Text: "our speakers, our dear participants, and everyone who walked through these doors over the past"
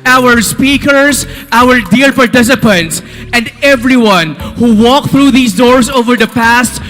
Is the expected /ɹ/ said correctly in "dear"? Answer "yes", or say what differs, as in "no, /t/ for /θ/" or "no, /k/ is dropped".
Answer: no, /l/ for /ɹ/